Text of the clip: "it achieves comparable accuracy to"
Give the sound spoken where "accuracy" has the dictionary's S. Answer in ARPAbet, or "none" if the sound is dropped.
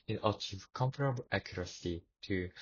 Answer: S